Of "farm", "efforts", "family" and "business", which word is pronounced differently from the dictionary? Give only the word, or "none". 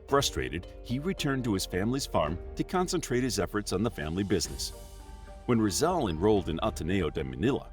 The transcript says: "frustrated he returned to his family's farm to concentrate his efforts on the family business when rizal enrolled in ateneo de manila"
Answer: none